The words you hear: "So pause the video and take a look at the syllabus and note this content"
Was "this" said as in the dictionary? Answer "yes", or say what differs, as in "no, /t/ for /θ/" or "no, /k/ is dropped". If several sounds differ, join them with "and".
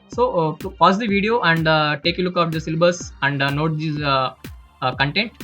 no, /s/ is dropped